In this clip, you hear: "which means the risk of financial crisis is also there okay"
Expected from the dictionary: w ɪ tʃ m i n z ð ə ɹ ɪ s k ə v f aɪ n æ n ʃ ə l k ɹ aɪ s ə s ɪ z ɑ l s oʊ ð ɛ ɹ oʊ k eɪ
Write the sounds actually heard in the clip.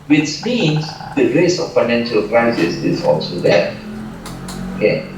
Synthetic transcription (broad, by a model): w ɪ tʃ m i n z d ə ɹ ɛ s ə f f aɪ n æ n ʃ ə l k ɹ aɪ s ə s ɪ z ɑ l s oʊ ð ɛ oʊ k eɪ